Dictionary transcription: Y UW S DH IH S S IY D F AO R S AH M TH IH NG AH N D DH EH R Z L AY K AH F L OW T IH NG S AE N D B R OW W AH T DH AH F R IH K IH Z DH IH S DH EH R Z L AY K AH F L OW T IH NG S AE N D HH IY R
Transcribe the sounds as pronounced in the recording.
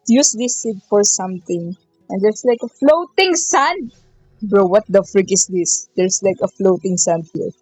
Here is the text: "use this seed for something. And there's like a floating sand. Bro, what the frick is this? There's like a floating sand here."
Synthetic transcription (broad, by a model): Y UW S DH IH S S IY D F AO R S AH M T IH NG AH N D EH R S L AY K AH F L OW T IH NG S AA N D B R OW W AH T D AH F R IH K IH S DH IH S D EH R S L AY K AH F L OW T IH NG S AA N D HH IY R